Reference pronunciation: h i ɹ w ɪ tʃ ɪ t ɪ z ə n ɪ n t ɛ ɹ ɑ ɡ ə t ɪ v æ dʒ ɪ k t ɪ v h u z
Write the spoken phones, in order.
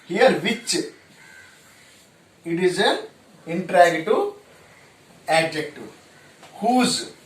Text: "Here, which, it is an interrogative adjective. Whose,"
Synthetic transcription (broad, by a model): h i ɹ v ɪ tʃ ɪ t ɪ z ə n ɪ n t ɹ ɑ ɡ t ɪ æ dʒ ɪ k t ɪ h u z